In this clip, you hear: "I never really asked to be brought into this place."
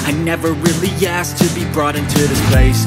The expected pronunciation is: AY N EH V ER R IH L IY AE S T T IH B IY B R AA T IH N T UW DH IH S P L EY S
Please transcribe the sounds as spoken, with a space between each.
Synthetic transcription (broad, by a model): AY N EH V ER R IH L IY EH S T T IH B IY B R AA T IH N T UW DH IH S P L EY S